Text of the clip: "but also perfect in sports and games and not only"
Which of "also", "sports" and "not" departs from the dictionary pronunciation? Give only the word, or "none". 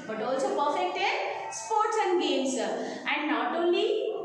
none